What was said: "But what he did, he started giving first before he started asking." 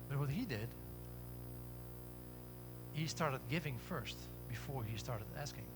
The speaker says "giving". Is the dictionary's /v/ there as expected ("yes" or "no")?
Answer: yes